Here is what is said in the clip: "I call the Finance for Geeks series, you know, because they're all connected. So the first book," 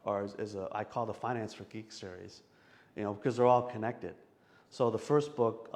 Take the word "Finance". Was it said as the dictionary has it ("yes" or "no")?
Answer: yes